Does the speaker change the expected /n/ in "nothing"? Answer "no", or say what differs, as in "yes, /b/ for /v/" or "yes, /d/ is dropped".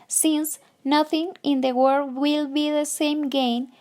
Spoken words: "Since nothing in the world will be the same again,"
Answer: no